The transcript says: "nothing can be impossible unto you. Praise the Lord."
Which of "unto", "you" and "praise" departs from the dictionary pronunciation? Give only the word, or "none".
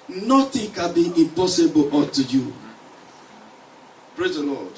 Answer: unto